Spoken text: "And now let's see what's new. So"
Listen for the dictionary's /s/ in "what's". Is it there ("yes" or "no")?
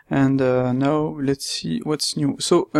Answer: yes